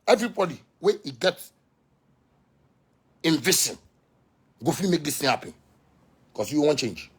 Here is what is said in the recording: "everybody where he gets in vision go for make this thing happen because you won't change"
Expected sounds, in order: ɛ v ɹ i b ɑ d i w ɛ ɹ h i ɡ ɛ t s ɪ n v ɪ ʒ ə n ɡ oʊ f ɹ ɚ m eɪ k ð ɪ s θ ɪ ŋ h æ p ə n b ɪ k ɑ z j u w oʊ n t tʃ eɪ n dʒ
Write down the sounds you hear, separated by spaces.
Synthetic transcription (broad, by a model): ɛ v ɹ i b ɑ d i w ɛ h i ɡ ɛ t ɪ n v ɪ s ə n ɡ oʊ f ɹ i m eɪ k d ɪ s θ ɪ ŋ h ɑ p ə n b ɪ k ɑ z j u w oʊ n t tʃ eɪ n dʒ